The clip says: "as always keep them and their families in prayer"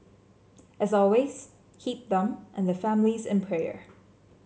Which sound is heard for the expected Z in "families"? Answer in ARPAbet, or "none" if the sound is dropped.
Z